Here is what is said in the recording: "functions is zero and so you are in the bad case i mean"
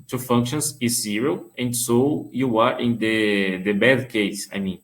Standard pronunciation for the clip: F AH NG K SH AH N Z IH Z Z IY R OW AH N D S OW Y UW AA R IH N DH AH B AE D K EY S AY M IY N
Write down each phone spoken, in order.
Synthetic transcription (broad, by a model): F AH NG K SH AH N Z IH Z Z IY R OW AH N D S OW Y UW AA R IH N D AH B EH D K EY S AY M IY N